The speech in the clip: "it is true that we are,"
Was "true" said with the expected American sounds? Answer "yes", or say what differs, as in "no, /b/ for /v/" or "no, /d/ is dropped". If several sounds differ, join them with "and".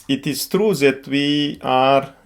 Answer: yes